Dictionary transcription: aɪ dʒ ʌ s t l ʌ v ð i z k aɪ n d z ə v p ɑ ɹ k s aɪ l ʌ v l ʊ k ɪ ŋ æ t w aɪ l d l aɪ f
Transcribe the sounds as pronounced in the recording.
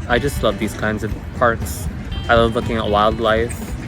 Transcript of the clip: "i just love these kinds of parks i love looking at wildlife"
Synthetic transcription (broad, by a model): aɪ dʒ ʌ s t l ʌ v ð i z k aɪ n d z ə v p ɑ ɹ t s aɪ l ʌ v l ʊ k ɪ ŋ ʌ t w aɪ l d l aɪ f